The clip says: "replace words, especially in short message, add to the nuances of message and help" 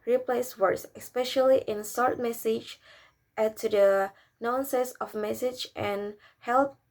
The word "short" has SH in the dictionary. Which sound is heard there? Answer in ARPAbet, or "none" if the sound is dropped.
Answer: S